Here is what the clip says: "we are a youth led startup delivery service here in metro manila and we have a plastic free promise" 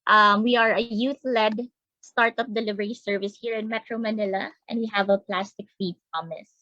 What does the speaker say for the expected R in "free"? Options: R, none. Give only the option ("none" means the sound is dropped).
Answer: none